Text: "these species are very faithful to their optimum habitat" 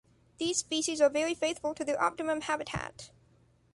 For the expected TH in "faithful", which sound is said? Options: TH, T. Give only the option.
TH